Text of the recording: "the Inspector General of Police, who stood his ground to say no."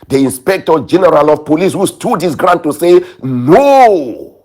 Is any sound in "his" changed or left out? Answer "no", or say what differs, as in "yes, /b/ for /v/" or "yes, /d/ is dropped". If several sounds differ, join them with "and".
yes, /s/ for /z/